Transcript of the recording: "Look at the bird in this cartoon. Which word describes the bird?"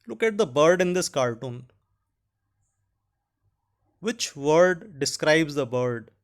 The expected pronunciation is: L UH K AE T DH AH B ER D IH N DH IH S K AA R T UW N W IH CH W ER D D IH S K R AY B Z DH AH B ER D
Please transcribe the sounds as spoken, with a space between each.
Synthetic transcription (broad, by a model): L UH K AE T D AH B ER D IH N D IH S K AA R T UW N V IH CH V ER D D IH S K R AY B Z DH AH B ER D